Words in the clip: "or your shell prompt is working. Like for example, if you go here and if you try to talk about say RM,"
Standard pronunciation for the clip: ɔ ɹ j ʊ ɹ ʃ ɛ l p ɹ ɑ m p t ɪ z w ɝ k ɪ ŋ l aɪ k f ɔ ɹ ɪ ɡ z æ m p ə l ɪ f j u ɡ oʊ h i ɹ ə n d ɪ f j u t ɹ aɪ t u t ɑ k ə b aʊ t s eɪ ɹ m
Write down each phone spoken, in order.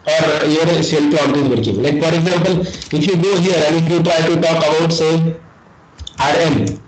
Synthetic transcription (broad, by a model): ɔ ɹ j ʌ ɹ s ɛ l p l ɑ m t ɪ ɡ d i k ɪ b l aɪ k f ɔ ɹ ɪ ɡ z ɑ m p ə l ɪ f j u ɡ oʊ h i ɹ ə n ɪ f j u t ɹ aɪ t u t ɑ k ə b aʊ t s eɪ ɹ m